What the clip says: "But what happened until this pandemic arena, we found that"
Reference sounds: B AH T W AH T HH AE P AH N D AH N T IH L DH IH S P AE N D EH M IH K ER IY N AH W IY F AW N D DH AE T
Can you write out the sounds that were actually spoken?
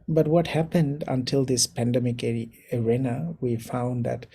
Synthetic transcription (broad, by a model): B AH T W AH T HH AE P AH N D AH N T IH L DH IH S P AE N D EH M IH K ER IY N AH W IY F AW N D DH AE T